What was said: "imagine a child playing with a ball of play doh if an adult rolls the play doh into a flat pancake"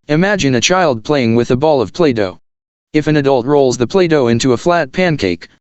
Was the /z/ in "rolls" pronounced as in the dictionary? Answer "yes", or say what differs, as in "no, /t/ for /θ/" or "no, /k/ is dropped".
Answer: yes